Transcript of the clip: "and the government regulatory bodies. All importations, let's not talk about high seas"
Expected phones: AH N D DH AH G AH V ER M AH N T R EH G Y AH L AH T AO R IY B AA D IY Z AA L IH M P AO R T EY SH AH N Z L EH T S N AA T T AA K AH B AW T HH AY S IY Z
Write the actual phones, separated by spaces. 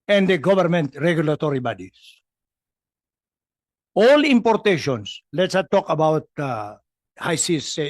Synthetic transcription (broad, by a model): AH N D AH G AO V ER M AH N T R EH G Y AH L AH T AO R IY B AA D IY S AA L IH M P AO R T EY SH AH N S L EH T S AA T T AA K AH B AW T HH AY S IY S